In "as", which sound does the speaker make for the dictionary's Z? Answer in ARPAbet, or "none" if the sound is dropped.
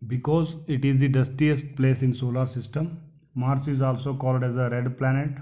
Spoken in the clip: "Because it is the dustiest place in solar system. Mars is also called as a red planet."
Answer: Z